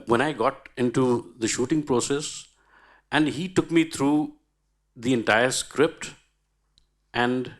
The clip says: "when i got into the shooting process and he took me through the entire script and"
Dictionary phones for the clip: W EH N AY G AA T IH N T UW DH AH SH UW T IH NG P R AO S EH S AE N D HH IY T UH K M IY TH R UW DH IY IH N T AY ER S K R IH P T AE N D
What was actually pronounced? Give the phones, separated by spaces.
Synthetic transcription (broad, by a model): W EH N AY G AA T IH N T UW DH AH SH UW T IH NG P R AO S EH S AE N D HH IY T UH K M IY T R UW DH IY IH N T AY ER S K R IH P T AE N D